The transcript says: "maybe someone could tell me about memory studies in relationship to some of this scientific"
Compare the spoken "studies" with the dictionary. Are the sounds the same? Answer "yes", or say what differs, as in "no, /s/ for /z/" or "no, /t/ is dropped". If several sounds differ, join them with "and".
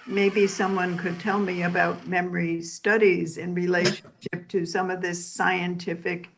yes